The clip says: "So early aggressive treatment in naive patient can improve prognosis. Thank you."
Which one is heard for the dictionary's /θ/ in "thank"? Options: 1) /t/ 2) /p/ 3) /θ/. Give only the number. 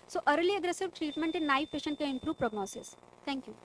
1